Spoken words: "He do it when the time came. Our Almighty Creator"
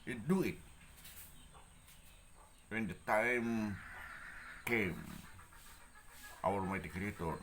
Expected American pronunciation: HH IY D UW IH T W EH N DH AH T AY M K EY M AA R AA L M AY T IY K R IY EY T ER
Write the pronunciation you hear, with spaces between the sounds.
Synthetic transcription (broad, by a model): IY D UW IH T W EH N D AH T AY M K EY M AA W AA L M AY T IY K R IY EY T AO